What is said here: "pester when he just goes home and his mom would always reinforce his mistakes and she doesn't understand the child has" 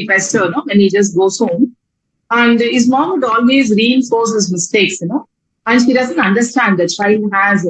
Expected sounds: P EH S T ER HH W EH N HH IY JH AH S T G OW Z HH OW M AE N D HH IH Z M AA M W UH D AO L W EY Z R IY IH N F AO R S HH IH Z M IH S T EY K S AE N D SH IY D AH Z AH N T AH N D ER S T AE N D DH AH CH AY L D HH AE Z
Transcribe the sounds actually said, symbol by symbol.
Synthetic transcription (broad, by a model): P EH S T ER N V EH N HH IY JH AH S T G OW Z HH OW M AE N D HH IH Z M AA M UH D AO L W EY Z R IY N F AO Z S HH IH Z M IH S T EY K S AE N D SH IY D AH Z AH N T AH N D ER S T AE N D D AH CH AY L HH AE Z